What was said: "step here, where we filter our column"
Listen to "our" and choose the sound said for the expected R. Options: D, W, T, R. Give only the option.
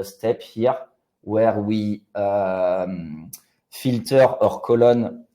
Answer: R